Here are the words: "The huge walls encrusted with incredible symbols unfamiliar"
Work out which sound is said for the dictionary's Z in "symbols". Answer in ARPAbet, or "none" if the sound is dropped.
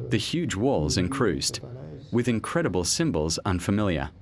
Z